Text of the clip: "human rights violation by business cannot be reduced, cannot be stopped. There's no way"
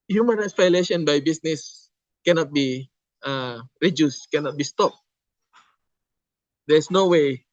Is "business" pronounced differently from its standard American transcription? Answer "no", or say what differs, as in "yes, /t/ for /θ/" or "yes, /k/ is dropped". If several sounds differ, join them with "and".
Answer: yes, /s/ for /z/